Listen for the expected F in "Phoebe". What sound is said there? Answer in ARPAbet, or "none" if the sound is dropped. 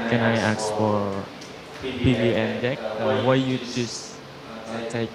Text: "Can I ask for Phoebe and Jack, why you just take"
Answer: P